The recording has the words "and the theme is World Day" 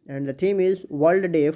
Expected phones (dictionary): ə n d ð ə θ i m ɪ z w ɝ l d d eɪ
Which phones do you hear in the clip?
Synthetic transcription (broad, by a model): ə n d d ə t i m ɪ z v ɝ l d d eɪ